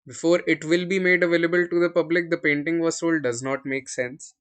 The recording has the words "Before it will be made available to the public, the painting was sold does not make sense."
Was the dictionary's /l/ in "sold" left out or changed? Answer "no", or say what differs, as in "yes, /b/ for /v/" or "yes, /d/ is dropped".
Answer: no